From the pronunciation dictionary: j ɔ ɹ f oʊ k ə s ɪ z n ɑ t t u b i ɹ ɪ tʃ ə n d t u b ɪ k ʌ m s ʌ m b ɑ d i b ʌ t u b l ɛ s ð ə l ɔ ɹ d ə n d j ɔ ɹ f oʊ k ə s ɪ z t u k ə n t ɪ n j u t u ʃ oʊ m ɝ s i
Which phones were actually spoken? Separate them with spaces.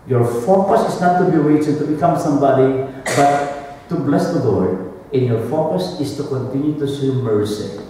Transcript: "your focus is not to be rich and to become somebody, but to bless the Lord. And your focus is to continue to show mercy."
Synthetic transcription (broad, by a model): j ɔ ɹ f oʊ k ə s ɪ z n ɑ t t u b i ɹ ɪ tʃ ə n t u b ɪ k ʌ m s ʌ m b ɑ d i b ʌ t u b l ɛ s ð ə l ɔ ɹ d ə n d j ɔ ɹ f oʊ k ə s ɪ s t u k ə n t ɪ n j u t u s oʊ m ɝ s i